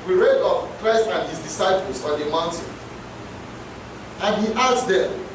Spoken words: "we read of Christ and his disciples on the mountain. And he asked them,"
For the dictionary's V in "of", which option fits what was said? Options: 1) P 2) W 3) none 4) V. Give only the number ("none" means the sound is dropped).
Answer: 1